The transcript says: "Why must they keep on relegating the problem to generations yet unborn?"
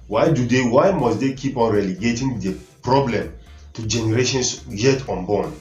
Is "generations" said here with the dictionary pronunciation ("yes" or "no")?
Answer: no